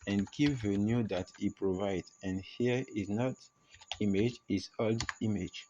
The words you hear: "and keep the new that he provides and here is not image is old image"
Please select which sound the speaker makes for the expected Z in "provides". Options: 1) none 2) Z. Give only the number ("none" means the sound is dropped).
1